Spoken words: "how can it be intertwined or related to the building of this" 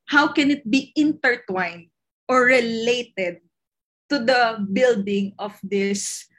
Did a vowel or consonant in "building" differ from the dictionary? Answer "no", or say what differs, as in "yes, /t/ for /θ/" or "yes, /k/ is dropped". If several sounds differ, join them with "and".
no